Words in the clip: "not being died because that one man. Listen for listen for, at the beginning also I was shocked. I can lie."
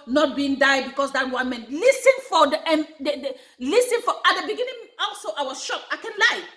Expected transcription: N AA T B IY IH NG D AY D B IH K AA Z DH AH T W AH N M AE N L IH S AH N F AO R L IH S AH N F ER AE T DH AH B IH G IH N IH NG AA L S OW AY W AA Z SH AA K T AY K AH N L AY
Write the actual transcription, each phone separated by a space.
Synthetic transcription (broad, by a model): N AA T B IY IH NG D AY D B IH K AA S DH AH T W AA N M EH N L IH S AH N F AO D L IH S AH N F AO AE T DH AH B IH G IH N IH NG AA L S OW AY W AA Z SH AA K AY K AH N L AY